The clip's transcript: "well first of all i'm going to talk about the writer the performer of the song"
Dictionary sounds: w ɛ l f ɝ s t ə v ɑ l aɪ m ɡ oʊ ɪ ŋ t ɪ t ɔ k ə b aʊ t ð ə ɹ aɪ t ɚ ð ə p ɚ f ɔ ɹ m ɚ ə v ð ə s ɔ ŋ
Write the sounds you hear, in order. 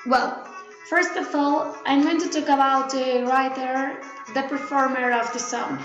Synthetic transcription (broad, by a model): w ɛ l f ɝ s t ə v ɑ l aɪ m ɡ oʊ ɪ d t ɪ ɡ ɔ ə aʊ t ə ɹ aɪ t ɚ ð ə p ɚ f ɔ ɹ m ɚ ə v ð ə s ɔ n